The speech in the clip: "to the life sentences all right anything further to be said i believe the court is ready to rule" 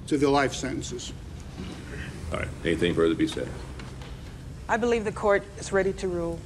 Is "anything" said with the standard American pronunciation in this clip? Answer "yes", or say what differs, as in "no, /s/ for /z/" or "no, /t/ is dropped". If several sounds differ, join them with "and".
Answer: yes